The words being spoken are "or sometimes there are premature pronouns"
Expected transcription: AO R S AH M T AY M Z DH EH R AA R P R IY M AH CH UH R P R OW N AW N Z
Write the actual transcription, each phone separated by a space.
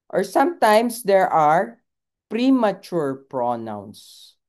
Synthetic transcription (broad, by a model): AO R S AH M T AY M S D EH R AA R P R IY M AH CH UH R P R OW N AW N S